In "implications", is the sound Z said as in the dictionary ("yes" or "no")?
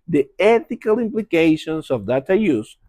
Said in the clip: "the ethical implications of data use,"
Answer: no